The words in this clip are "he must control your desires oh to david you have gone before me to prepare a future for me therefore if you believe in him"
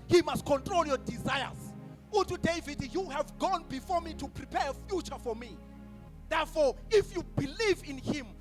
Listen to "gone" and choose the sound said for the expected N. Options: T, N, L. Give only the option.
N